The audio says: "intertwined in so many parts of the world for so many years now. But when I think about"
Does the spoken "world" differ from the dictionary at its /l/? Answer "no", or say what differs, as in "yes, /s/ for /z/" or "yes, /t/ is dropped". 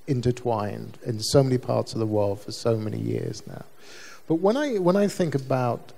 no